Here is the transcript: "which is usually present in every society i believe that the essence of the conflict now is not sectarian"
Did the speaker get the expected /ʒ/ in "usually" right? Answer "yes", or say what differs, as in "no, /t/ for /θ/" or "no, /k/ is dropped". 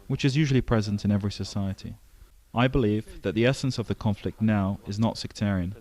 yes